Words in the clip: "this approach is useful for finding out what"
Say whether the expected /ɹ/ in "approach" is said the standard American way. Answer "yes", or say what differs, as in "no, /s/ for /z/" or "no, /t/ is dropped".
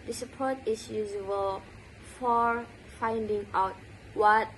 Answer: no, /ɹ/ is dropped